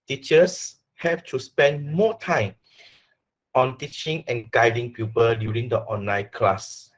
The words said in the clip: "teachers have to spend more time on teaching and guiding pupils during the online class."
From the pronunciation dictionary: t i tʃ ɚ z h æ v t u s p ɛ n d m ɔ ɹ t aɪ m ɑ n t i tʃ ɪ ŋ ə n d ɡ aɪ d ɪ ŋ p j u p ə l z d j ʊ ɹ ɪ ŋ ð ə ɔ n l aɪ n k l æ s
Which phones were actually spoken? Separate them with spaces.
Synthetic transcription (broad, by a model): t i tʃ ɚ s h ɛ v t u s p ɛ n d m ɔ t aɪ m ɑ n t i tʃ ɪ ŋ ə n ɡ aɪ d ɪ ŋ p j u p ə l d j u ɹ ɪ ŋ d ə ɔ n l aɪ k l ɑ s